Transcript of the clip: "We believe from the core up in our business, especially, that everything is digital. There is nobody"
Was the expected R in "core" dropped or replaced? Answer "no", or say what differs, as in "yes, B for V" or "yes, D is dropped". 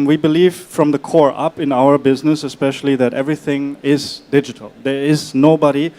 no